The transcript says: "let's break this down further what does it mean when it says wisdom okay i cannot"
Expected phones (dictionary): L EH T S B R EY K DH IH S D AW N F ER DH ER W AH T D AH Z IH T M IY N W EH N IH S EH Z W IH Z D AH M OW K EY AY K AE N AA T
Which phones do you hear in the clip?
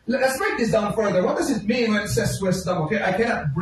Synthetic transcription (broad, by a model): L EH T S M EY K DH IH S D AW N F ER DH ER W AH T D AH Z IH T M IY N W EH N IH S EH S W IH S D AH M OW K EY AY K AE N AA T